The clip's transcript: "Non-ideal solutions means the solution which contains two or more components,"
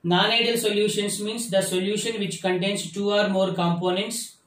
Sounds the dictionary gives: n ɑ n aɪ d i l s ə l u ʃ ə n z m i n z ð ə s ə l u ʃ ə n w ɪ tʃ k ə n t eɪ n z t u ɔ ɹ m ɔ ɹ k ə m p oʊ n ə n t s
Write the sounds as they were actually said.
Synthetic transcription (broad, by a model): n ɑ n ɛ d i l s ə l u ʃ ə n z m i n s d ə s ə l u ʃ ə n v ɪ tʃ k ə n t eɪ n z t u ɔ ɹ m ɔ ɹ k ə m p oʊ n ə n t s